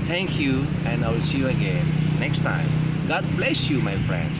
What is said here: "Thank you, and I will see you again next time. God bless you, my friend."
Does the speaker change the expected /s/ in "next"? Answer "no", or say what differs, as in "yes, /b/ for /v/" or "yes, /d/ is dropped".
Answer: no